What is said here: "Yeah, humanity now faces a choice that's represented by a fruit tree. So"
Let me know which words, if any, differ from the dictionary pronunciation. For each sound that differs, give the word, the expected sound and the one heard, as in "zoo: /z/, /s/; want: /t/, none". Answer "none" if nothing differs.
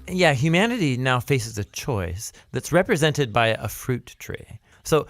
none